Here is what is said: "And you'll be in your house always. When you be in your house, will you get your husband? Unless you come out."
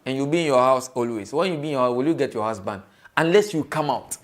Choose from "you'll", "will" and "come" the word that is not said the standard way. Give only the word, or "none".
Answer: none